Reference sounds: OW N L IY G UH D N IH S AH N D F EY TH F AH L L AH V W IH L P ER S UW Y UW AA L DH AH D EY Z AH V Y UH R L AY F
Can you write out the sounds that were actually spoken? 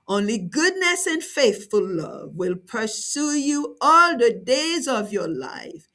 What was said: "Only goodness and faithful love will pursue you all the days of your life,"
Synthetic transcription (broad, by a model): OW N L IY G UH D N IH S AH N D F EY TH F AH L L AH V W IH L P ER S UW Y UW AA L DH AH D EY Z AH V Y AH R L AY F